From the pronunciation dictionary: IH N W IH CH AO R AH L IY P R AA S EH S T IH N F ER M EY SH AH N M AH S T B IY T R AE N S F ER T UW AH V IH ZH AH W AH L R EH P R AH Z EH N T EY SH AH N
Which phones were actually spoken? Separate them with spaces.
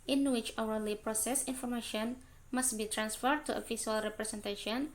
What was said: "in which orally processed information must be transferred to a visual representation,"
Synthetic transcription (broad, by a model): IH N W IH CH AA W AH L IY P R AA S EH S IH N F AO M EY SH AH N M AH S T B IY T R AE N S F ER T UW AH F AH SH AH L R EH P R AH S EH N T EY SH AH N